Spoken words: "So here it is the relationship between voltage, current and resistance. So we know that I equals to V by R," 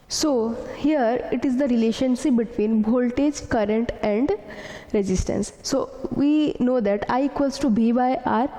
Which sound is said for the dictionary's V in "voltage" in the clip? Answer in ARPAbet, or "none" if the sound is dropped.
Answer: B